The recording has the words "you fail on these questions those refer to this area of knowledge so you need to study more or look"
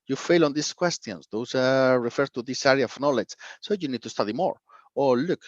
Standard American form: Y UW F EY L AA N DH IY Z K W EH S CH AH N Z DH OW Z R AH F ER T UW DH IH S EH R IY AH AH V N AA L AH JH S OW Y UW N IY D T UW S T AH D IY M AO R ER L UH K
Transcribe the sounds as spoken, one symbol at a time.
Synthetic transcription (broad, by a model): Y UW F EY L AA N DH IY S K W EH S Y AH N S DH OW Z R AH F ER T UW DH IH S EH R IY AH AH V N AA L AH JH S OW Y UW N IY D T UW S T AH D IY M AO R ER L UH K